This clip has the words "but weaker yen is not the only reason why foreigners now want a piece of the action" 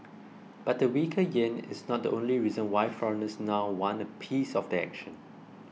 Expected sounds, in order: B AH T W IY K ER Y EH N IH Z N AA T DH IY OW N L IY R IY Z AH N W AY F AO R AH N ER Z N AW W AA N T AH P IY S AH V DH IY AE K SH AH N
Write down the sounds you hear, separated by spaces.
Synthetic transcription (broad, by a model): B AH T W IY K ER Y EH N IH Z N AA T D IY OW N L IY R IY Z AH N W AY F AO R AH N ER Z N AW W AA N AH P IY S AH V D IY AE K SH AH N